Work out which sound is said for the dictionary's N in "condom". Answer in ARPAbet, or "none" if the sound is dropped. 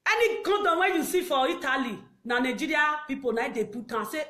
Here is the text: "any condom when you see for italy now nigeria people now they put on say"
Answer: none